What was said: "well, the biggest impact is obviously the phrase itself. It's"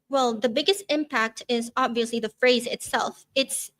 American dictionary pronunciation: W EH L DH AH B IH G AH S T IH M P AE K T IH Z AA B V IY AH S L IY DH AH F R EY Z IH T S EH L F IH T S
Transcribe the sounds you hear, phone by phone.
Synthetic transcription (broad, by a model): W EH L DH AH B IH G AH S T IH M P AE K T IH Z AA B V IY AH S L IY DH AH F R EY Z IH T S EH L F IH T S